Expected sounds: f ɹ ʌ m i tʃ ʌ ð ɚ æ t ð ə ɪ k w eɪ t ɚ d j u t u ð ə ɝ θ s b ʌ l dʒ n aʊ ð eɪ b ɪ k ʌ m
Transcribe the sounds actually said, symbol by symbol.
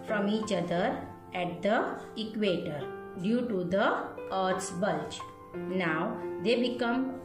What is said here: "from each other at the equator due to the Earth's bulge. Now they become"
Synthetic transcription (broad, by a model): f ɹ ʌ m i tʃ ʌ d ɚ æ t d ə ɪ k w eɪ t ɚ d j u t u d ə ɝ t s b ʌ l tʃ n aʊ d eɪ b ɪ k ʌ m